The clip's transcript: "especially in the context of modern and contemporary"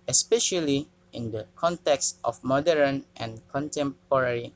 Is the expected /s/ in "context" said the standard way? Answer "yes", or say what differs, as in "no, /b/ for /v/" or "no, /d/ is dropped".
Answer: yes